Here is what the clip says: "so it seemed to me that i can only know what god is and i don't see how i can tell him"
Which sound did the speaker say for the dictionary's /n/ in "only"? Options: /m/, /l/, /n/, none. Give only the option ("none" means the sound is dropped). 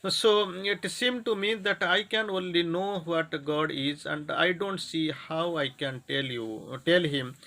/n/